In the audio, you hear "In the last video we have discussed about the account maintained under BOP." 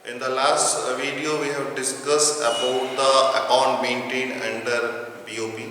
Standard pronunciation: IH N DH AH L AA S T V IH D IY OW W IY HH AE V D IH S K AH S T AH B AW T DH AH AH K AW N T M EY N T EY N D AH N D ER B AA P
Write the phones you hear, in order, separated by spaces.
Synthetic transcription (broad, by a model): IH N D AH L AA S T V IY D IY OW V IY HH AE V D IH S K AH S T AH B AW T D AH AH K AW N T M EY N T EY N AH N D ER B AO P